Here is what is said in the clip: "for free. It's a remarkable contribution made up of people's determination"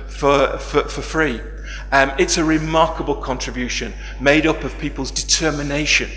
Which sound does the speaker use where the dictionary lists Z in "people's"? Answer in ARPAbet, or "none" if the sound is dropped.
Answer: Z